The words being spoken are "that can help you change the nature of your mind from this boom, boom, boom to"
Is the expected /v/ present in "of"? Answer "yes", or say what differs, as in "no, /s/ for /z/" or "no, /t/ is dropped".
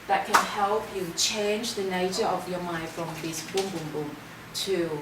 yes